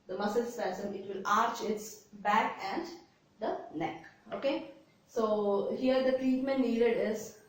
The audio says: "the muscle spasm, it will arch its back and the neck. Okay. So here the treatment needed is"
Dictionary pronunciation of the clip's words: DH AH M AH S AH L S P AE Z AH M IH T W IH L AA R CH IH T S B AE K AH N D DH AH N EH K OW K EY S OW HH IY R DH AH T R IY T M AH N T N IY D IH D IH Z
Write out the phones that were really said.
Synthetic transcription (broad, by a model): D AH M AH S AH L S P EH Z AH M IH T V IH L AA R CH IH T S B AE K AH N D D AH N EH K OW K EY S OW HH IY R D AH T R IY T M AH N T N IY D IH D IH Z